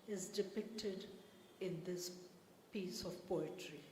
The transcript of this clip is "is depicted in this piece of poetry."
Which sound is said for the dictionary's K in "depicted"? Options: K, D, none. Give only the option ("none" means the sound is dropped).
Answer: K